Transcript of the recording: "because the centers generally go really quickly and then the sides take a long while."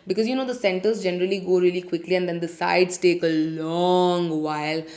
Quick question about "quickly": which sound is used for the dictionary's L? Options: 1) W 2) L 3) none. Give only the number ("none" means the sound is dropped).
2